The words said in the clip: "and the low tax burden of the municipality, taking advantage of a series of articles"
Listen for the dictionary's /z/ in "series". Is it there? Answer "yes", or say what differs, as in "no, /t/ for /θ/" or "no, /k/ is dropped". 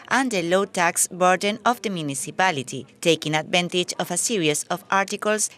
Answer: no, /s/ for /z/